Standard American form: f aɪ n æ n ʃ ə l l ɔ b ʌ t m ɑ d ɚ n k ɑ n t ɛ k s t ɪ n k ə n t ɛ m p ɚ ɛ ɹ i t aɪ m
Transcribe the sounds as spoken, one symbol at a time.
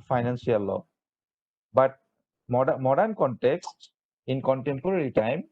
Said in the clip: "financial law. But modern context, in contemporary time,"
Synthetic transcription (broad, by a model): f aɪ n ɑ n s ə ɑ l ɔ b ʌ t m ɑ d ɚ n k ɑ n t ɛ k s t ɪ n k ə n t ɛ m p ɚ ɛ ɹ i t aɪ m